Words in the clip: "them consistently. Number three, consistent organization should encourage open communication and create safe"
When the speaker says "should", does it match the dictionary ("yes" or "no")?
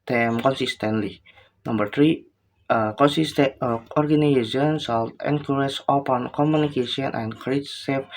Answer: no